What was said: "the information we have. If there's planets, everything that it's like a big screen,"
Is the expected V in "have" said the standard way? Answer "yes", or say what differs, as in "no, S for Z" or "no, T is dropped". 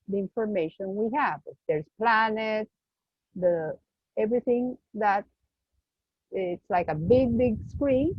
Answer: yes